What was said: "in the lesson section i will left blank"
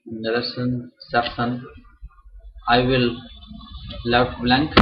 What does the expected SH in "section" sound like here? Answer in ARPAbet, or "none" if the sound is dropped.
S